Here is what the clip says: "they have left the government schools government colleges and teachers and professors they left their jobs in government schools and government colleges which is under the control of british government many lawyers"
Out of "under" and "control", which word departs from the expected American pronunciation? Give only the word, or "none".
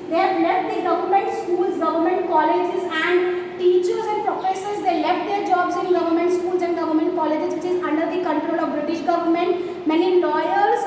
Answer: none